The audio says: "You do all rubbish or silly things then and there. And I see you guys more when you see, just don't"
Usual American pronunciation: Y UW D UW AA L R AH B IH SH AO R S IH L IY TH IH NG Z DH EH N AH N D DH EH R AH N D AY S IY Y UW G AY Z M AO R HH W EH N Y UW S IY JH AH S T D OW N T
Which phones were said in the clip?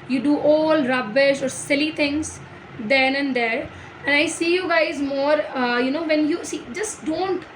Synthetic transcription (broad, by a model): Y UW D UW AA L R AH B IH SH AO R S IH L IY T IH NG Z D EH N AH N D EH R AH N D AY S IY Y UW G AY Z M AO R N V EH N Y UW S IY JH AH S T D OW N T